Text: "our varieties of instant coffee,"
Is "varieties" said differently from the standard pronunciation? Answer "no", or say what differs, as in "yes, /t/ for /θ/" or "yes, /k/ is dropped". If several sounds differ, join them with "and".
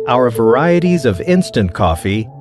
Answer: no